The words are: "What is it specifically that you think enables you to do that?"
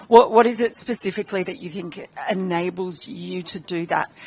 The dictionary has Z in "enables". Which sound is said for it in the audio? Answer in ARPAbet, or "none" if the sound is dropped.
Z